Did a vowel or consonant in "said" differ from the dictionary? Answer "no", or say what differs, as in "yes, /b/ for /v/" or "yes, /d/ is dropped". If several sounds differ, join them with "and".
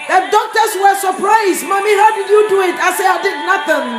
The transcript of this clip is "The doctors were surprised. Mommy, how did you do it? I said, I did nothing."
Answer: yes, /d/ is dropped